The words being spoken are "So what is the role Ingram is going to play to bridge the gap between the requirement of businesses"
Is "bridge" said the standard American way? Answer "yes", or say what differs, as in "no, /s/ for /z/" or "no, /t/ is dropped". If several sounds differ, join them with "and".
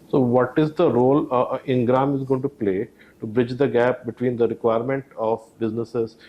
yes